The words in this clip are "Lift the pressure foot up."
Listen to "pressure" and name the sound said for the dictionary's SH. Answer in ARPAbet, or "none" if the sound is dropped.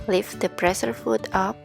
S